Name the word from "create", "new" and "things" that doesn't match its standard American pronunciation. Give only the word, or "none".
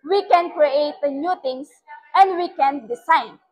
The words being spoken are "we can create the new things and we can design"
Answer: things